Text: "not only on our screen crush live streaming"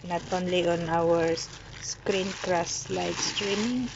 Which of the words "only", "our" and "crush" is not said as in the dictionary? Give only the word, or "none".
crush